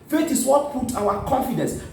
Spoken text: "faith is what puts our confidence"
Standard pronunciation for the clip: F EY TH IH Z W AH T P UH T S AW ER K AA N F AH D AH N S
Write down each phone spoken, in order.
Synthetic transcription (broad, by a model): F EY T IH S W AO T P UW T AW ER K AA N F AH D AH N S